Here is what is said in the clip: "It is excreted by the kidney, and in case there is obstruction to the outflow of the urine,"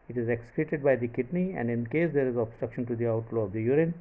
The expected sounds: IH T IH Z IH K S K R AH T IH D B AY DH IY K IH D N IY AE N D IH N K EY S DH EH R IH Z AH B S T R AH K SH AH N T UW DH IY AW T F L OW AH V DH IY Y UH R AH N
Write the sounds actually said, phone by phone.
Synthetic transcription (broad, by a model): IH T IH Z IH K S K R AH T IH D B AY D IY K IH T N IY AE N D IH N K EY S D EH R IH Z AH B S T R AH K SH AH N T UW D IY AW T L OW AH V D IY Y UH R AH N